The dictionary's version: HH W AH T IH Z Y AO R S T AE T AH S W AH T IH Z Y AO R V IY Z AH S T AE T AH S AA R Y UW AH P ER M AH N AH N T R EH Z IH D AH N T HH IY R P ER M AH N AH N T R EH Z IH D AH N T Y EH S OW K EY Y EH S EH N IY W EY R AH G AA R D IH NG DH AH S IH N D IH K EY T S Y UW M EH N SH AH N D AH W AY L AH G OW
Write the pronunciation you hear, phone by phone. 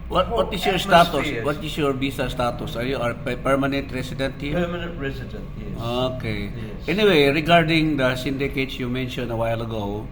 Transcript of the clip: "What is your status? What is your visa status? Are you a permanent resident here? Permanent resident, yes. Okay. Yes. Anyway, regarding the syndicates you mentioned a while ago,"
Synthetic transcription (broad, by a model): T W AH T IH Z Y AO R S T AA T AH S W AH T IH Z Y AO R B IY S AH S T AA T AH S AA R Y UW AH P ER M AH N AH N T R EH S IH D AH N T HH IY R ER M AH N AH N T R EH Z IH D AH N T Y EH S OW K EY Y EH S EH N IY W EY R AH G AA R D IH NG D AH S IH N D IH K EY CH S Y UW M EH N SH AH N D AH W AY L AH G OW